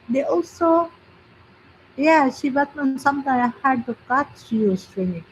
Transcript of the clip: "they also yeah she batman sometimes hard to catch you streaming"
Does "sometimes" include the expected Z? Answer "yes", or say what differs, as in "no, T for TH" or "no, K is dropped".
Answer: no, Z is dropped